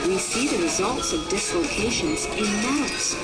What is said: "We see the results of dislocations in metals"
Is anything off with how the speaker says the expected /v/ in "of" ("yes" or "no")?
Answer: no